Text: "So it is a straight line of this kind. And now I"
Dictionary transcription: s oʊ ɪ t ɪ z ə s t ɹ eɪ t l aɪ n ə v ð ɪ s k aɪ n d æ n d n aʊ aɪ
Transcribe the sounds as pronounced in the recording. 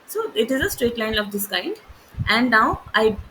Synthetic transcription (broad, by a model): s oʊ ɪ t ɪ z ə s t ɹ eɪ t l aɪ n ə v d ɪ s k aɪ n d æ n d n aʊ aɪ